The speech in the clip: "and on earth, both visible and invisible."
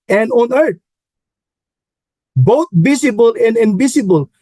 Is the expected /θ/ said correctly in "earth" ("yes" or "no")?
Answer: no